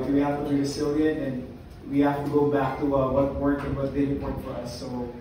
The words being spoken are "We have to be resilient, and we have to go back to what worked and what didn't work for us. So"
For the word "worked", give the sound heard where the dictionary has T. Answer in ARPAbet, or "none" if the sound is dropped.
none